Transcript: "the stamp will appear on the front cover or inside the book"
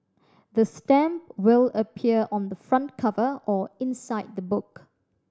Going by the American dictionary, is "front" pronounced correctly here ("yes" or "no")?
yes